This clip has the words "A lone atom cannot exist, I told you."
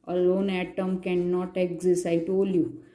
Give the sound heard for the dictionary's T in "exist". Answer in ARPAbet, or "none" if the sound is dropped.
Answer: none